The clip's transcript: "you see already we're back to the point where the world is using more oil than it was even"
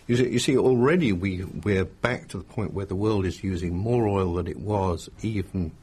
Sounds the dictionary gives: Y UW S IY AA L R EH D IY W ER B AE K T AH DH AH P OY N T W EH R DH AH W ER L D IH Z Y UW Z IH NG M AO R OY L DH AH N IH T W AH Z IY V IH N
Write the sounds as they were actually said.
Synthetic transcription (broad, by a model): Y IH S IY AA L R EH D IY W ER B AE K T AH DH AH P OY N T W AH R DH AH W ER L D IH Z Y UW Z IH NG M AO R OY L DH AH N IH T W AH Z IY V N